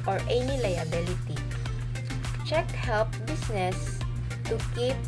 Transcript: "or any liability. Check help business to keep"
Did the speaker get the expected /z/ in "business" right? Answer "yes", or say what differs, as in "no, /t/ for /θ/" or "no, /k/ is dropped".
no, /s/ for /z/